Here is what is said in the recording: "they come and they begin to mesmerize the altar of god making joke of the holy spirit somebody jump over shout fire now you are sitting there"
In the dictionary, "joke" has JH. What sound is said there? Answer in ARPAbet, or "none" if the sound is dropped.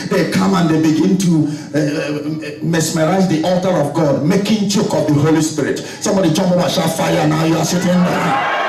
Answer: CH